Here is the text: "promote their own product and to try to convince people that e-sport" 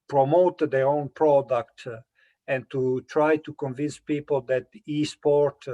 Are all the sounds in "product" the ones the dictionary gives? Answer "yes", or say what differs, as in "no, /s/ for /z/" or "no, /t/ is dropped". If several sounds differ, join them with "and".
yes